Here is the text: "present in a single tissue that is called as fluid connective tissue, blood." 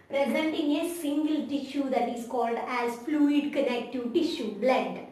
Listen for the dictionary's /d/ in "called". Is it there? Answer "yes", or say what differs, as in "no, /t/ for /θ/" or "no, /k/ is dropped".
yes